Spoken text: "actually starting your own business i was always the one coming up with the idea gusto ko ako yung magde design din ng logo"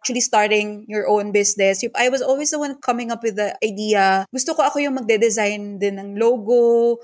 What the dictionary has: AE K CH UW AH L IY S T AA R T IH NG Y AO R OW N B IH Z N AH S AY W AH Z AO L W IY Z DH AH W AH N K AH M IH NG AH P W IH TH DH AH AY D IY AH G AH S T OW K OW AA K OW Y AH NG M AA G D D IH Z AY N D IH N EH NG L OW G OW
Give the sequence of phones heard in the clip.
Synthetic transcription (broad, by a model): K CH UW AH L IY S T AA R T IH NG Y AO R OW N B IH S N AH S AY W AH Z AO L W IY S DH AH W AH N K AH M IH NG AH P W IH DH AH AY D IY AH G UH S T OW K OW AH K OW Y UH NG M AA G D D IH Z AY N D IH N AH NG L OW G OW